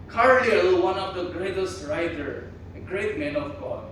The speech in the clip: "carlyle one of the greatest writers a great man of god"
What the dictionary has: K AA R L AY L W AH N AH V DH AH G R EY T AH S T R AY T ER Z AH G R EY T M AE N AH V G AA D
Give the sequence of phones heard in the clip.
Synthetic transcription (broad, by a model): K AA R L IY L W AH N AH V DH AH G R EY T AH S T R AY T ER AH G R EY T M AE N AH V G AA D